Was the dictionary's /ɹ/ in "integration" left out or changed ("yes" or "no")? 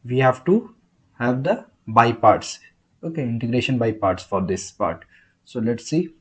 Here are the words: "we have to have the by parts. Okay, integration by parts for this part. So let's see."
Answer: no